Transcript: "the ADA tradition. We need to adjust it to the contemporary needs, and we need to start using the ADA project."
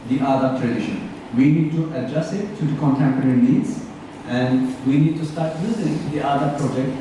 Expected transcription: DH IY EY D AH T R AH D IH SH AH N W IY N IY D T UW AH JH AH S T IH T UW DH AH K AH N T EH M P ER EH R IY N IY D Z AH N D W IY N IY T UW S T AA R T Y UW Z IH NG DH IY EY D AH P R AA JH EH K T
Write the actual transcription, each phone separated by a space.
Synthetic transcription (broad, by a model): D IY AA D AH T R AH D IH SH AH N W IY N IY D T UW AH JH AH S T IH T UW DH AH K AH N T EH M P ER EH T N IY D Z AH N D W IY N IY T UW S T AA R T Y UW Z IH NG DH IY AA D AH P R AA JH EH K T